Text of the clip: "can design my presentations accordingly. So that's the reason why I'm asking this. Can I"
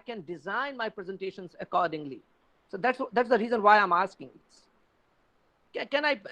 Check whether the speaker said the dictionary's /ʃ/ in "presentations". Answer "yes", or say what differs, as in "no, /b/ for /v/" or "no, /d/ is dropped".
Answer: yes